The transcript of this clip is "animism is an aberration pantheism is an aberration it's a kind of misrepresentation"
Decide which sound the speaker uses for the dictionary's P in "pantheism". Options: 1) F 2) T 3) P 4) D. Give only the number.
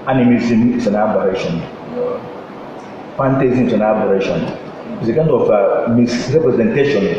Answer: 1